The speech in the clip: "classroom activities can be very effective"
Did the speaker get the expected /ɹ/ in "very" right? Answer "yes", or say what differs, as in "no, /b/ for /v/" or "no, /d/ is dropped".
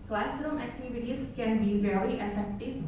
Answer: no, /l/ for /ɹ/